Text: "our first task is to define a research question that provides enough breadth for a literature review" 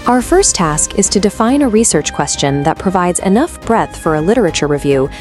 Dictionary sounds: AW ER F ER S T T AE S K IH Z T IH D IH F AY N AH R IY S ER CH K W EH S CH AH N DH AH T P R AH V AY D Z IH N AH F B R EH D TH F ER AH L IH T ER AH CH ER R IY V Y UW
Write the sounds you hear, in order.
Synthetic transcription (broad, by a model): AW ER F ER S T T AE S K IH Z T IH D IH F AY N AH R IY S ER CH K W EH S CH AH N DH AH T P R AH V AY D Z IH N AH F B R EH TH F ER AH L IH T ER AH CH ER R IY V Y UW